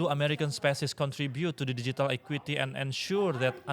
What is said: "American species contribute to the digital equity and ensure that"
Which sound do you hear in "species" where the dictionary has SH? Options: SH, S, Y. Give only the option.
S